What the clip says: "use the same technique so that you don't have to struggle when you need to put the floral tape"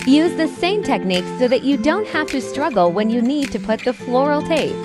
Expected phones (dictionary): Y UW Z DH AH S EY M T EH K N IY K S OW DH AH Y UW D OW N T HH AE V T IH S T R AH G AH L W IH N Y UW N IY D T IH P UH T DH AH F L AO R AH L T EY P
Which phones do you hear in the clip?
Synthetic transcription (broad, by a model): Y UW Z DH AH S EY M T EH K N IY K S OW DH AH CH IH D OW N T HH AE F T IH S T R AH G L W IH N Y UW N IY D T IH P UH T DH AH F L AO R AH L T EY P